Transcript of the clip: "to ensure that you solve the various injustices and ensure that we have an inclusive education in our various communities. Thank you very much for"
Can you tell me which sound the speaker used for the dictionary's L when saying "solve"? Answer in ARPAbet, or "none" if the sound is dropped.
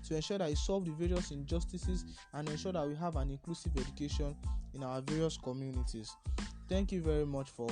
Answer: L